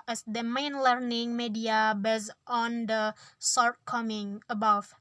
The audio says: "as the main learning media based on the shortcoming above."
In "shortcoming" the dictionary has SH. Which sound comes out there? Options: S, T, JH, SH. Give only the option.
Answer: S